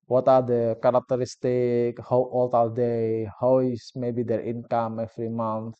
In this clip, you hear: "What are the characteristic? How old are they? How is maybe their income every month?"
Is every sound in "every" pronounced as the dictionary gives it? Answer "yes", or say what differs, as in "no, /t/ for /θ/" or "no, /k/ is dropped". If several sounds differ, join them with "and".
no, /f/ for /v/